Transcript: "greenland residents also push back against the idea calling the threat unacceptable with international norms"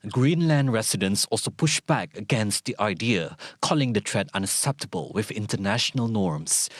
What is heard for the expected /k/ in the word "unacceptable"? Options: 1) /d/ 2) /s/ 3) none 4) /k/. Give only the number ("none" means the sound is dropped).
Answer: 4